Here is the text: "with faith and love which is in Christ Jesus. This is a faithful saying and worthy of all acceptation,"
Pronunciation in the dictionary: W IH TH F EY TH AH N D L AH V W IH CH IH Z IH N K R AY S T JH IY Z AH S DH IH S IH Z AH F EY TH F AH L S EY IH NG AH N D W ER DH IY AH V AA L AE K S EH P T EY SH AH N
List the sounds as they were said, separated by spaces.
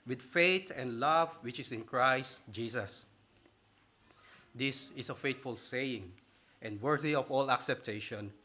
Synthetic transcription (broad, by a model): W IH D F EY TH AH N D L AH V W IH CH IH S IH N K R AY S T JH IY S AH S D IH S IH S AH F EY T F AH L S EY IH NG AH N D W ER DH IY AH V AA L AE K S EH P T EY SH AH N